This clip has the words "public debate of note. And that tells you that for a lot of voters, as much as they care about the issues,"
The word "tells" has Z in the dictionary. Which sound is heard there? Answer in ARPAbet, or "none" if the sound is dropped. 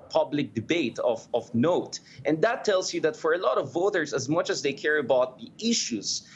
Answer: S